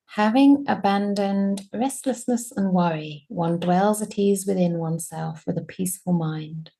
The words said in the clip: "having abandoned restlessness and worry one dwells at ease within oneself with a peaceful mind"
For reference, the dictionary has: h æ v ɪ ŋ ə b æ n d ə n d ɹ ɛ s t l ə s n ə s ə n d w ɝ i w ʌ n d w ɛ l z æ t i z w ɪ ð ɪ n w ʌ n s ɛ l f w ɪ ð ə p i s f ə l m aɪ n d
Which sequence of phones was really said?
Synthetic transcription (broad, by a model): h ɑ v ɪ ŋ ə b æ n d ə n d ɹ ɛ s t l ə s n ə s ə n w ɝ i w ʌ n d w ɛ l z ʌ t i z w ɪ ð ɪ n w ʌ n s ɛ l f w ɪ ð ə p i s f ə l m aɪ n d